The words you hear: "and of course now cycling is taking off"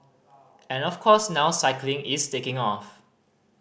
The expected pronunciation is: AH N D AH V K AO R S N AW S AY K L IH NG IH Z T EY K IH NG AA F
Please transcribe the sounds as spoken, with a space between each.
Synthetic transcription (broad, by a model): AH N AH F K AO S N AW S AY K L IH NG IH S T EY K IH NG AA F